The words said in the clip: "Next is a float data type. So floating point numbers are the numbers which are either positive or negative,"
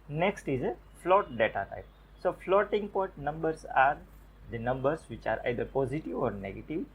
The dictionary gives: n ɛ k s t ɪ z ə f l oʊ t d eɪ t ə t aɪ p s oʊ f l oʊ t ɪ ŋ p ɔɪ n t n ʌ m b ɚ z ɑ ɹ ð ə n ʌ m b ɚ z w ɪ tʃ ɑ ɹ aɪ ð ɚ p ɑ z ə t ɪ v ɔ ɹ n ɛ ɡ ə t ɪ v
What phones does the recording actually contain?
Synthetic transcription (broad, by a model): n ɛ k s t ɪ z ə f l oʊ t d eɪ t ə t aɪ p s oʊ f l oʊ t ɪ ŋ p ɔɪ t n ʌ m b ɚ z ɑ ɹ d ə n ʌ m b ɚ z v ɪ tʃ ɑ ɹ aɪ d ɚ p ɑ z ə t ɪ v ɔ ɹ n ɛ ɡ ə t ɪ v